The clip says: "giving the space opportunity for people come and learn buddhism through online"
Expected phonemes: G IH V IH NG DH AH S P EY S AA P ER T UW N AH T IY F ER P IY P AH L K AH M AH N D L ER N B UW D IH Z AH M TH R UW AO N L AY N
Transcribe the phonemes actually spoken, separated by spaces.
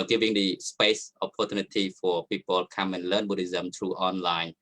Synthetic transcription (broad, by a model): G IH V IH NG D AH S P EY S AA P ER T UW N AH T IY F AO P IY P AH L K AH M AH N L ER N B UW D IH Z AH M T R UW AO N L AY N